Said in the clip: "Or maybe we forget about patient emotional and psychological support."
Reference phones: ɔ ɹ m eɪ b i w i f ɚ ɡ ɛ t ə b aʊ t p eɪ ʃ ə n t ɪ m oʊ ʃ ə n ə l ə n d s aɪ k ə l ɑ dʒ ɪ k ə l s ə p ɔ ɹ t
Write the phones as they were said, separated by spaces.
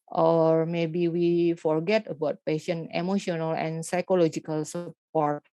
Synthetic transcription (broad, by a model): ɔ ɹ m eɪ b i w i f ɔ ɡ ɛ t ə b aʊ t p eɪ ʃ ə n ɪ m oʊ ʃ ə n ə l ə n s aɪ k ə l ɑ dʒ ɪ k ə l s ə p ɔ ɹ t